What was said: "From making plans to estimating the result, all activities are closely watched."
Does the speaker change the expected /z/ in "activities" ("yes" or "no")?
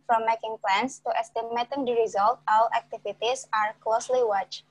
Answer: yes